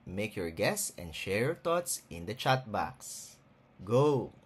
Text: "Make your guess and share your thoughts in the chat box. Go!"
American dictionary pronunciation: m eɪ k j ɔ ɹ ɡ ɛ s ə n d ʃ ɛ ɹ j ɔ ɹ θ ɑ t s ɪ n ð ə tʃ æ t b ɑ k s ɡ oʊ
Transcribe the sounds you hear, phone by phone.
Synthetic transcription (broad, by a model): m eɪ k j ɔ ɹ ɡ ɛ s ə n d ʃ ɛ ɹ j ɔ ɹ t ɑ t s ɪ n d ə tʃ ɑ t b ɑ k s ɡ oʊ